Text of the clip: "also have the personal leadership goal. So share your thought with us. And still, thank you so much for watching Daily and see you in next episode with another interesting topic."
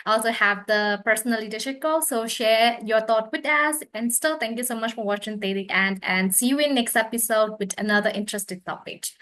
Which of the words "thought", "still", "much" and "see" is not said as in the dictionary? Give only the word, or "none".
thought